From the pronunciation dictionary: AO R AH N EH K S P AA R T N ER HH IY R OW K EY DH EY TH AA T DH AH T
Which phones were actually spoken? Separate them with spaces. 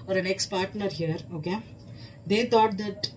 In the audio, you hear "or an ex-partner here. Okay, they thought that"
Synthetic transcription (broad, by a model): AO R AH N EH K S P AA R T N ER HH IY R OW K EY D EY T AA T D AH T